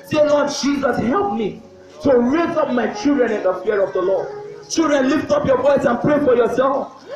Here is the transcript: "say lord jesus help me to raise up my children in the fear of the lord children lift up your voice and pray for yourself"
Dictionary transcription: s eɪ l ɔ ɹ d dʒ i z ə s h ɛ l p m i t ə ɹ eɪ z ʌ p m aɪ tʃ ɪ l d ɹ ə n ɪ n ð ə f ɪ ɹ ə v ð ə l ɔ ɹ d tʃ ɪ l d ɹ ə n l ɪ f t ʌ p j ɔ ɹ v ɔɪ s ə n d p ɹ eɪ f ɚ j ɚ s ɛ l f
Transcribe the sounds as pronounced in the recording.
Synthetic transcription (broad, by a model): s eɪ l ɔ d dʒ i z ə s h ɛ l p m i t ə ɹ eɪ z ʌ p m aɪ tʃ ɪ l d ɹ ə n ɪ n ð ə f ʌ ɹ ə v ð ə l ɔ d tʃ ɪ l d ɹ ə n l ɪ f t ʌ p j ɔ v ɔɪ s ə n p ɹ eɪ f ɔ j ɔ s ɛ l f